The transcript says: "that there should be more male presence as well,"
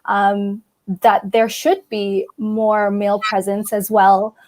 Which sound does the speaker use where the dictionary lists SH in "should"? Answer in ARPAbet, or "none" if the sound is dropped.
SH